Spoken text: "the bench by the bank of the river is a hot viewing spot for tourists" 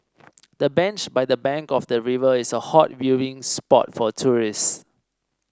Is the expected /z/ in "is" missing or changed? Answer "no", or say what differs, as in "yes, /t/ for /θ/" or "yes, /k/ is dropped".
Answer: yes, /s/ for /z/